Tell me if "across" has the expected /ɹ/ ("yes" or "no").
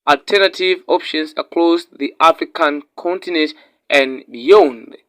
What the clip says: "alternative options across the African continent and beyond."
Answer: no